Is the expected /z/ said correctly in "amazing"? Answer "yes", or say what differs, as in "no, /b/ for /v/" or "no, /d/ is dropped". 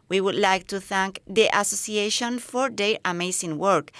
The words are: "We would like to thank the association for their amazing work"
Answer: no, /s/ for /z/